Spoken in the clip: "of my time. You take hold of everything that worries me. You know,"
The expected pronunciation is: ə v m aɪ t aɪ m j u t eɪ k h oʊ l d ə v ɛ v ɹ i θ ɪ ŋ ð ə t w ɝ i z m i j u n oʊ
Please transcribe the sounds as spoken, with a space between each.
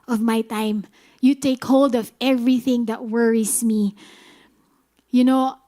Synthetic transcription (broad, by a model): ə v m aɪ t aɪ m j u t eɪ k h oʊ l d ə v ɛ v ɹ i θ ɪ ŋ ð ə t w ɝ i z m i j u n oʊ